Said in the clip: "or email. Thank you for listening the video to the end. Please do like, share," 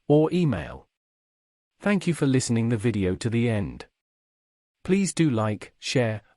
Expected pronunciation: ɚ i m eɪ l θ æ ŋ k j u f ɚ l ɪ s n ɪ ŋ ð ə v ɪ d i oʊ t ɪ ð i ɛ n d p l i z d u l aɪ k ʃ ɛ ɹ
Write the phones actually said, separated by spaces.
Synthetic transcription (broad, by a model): ɚ i m eɪ l θ æ ŋ k j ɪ f ɚ l ɪ s n ɪ ŋ ð ə v ɪ d i oʊ t ɪ ð i ɛ n d p l i z d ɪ l aɪ k ʃ ɛ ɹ